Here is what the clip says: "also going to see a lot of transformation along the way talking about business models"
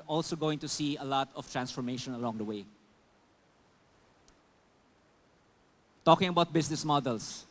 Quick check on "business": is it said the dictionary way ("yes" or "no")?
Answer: no